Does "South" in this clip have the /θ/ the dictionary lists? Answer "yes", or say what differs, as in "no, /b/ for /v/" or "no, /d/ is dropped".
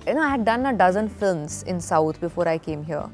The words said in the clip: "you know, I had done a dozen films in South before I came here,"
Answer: no, /t/ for /θ/